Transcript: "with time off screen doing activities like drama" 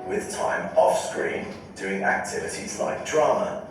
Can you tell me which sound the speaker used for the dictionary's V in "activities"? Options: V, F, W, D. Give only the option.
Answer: V